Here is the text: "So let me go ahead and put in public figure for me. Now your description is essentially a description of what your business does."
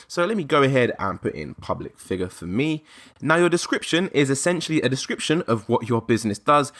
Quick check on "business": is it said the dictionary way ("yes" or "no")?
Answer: yes